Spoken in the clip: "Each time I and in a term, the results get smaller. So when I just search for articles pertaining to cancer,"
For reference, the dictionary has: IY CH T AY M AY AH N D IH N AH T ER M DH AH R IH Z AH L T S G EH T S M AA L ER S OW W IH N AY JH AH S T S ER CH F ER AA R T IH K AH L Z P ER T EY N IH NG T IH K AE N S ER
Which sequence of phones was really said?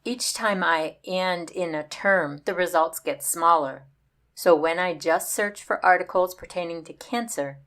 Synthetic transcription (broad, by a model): IY CH T AY M AY AH N D IH N AH T ER M DH AH R IH Z AH L T S G EH T S M AA L ER S OW W IH N AY JH AH S T S ER CH F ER AA R T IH K L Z P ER T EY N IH NG T IH K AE N S ER